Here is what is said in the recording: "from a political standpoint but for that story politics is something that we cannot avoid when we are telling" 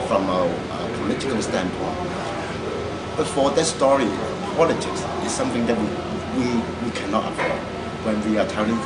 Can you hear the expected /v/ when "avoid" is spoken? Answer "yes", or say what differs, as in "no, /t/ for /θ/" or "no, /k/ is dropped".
no, /p/ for /v/